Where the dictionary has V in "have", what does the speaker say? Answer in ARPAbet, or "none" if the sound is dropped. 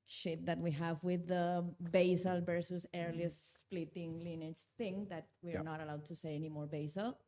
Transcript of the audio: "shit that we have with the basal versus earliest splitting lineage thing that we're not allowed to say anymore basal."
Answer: V